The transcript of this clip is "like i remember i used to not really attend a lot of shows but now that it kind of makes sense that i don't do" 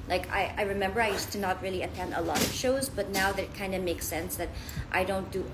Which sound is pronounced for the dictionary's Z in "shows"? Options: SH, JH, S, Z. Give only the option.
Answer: Z